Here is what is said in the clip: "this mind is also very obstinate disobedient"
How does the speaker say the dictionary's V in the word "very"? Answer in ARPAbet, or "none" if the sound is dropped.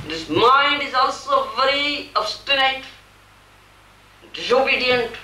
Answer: V